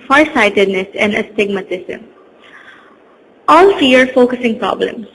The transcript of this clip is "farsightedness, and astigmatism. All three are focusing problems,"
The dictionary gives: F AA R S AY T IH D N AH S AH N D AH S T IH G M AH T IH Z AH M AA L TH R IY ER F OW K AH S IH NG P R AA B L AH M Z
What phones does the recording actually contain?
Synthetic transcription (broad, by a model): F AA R S AY T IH D N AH S AH N D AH S T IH G M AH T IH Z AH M AA L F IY ER F OW K AH S IH NG P R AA B L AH M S